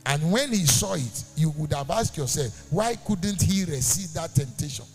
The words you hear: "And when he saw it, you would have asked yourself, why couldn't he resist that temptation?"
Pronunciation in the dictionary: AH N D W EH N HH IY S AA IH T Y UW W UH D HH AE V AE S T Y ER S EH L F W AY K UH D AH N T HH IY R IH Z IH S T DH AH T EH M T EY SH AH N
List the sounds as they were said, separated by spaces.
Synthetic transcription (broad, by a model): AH N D W EH N HH IY S AA IH T Y UW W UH D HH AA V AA S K Y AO S EH L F W AY K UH D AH N T HH IY R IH S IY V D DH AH T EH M T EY SH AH N